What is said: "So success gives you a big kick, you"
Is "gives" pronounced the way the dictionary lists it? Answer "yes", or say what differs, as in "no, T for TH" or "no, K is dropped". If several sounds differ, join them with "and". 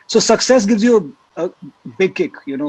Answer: yes